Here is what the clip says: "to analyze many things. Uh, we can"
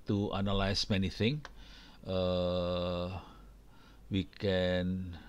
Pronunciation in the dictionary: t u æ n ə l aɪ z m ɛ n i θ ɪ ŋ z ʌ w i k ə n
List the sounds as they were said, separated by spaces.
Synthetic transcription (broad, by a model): t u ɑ n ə l aɪ s m ɛ n i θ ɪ ŋ ʌ w i k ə n